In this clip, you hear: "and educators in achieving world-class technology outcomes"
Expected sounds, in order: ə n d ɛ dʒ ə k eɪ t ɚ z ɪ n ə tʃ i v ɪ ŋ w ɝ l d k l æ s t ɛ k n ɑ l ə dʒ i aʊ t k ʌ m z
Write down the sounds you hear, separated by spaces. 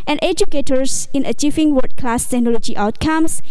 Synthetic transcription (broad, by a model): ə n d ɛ dʒ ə k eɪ t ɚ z ɪ n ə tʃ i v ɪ ŋ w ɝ d k l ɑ s t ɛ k n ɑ l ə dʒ i aʊ t k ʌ m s